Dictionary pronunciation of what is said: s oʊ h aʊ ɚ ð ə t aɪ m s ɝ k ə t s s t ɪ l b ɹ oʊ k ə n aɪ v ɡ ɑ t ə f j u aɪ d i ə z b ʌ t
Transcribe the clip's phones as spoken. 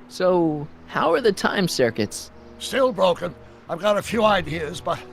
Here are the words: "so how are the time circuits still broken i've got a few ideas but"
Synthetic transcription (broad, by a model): s oʊ h aʊ ɚ ð ə t aɪ m s ɝ k ə t s s t ɪ l b ɹ oʊ k ə n aɪ v ɡ ɑ t ə f j u aɪ d i ə z b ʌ t